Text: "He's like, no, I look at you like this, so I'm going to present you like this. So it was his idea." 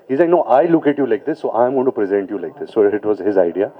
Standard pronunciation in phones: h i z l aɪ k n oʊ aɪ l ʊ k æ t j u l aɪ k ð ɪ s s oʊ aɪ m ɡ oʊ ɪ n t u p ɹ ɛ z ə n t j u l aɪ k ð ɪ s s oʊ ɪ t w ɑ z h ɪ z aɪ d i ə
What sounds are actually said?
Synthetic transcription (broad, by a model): h i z l aɪ k n oʊ aɪ l ʊ k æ t j u l aɪ k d ɪ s s oʊ aɪ m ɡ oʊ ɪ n t u p ɹ ɛ z ə n t j u l aɪ k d ɪ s s oʊ ɪ t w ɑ z h ɪ z aɪ d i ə